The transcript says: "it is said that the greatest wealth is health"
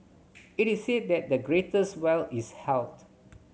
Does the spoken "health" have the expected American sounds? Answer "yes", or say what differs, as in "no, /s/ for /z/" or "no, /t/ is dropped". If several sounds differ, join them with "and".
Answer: no, /t/ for /θ/